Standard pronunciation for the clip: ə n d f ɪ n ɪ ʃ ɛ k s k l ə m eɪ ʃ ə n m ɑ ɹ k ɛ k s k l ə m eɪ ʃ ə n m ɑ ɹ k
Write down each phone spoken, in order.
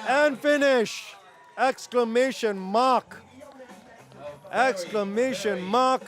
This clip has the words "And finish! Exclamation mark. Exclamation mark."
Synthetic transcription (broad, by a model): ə n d f ɪ n ɪ ʃ ɛ k s k l ə m eɪ ʃ ə n m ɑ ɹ k ɛ k s k l ə m eɪ ʃ ə n m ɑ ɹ k